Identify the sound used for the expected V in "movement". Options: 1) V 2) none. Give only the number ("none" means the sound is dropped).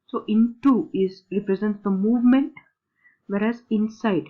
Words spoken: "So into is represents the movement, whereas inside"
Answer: 1